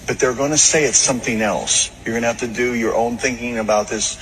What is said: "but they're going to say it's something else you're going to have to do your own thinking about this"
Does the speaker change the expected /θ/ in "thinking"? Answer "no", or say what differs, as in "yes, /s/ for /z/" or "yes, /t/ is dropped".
no